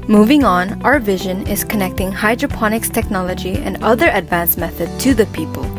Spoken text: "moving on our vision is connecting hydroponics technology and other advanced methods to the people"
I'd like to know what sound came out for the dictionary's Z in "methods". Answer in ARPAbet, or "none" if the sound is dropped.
none